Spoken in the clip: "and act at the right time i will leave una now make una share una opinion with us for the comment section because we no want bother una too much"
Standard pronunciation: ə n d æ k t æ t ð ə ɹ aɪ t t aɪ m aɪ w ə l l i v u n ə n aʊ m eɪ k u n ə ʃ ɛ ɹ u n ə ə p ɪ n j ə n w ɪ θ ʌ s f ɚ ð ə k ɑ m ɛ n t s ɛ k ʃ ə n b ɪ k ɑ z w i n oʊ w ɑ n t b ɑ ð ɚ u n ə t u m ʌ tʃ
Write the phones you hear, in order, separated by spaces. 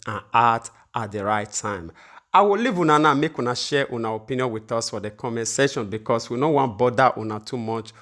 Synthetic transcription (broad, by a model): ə n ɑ t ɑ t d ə ɹ aɪ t t aɪ m aɪ w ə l l i v u n ə n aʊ m eɪ k u n ə ʃ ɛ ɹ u n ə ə p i n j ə n w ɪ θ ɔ s f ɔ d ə k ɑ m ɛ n s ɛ ʃ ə n b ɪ k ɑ s w i n oʊ w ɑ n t b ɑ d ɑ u n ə t u m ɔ tʃ